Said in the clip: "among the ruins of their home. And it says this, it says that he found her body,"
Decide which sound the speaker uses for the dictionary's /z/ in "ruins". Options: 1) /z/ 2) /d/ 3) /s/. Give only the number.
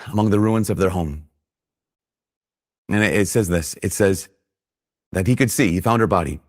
1